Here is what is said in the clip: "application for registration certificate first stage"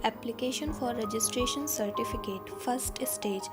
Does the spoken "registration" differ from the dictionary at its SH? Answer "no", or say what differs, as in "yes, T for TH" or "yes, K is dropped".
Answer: no